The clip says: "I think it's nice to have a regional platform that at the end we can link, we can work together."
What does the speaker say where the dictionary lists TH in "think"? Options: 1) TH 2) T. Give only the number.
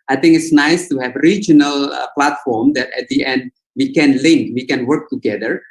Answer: 2